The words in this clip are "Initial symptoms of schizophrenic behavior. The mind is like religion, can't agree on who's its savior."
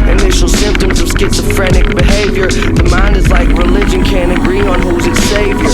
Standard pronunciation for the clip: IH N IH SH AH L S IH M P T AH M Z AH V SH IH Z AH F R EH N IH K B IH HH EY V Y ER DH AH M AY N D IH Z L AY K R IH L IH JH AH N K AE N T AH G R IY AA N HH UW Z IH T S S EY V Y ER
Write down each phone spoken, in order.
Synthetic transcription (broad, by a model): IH N IH SH L S IH M P T AH M Z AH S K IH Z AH F R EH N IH K B IH HH EY V Y ER DH AH M AY N D IH Z L AY K R IH L IH JH AH N K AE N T AH G R IY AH N HH UW Z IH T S S EY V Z